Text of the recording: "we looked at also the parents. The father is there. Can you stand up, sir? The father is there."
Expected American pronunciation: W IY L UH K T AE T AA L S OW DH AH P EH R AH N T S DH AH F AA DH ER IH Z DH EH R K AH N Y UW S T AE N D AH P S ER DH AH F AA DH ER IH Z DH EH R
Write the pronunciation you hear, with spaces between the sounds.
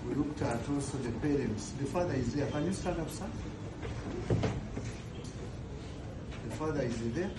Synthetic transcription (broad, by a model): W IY L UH K T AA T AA S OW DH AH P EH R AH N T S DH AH F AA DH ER IH Z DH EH K AH N Y UW S T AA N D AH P S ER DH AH F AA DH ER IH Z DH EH